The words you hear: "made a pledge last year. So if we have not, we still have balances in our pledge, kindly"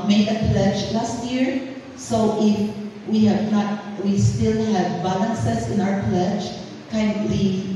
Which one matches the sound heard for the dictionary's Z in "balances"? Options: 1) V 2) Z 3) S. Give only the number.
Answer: 3